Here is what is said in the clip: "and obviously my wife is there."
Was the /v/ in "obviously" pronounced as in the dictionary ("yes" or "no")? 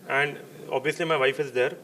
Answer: yes